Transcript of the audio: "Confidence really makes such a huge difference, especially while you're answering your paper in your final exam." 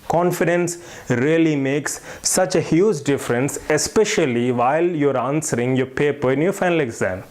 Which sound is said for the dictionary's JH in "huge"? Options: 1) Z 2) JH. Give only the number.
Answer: 2